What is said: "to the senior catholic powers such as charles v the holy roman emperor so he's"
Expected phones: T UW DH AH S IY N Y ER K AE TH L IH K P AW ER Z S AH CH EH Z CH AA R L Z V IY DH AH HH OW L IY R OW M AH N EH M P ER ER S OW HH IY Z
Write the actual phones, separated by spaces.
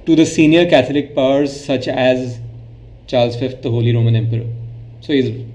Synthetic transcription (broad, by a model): T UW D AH S IY N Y ER K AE T L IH K P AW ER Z S AH CH EH Z CH AA R L Z F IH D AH HH OW L IY R OW M AH N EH M P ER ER S OW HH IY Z